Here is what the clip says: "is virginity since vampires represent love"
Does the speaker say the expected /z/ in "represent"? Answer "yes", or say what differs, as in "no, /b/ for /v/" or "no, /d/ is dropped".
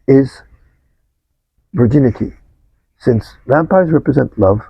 yes